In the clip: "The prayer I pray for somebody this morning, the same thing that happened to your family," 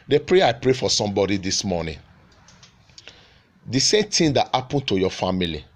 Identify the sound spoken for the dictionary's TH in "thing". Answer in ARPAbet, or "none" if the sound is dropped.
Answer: T